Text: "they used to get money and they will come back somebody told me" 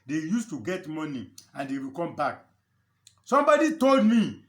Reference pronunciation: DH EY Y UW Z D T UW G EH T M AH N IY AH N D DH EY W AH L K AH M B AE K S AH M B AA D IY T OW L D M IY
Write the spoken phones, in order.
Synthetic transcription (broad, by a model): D EY Y UW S T UW G EH T M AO N IY AH N D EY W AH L K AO M B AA K S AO M B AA D IY T OW L D M IY